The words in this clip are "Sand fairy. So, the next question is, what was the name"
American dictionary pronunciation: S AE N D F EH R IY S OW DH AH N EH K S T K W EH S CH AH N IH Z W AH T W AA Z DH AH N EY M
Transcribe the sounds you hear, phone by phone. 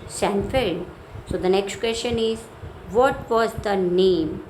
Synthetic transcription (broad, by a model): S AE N F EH L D S OW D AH N EH K S T K W EH S CH AH N IH Z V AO T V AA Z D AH N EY M